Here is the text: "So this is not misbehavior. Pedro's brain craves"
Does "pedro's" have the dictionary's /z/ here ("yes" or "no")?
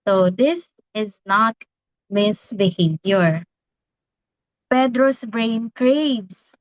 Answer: no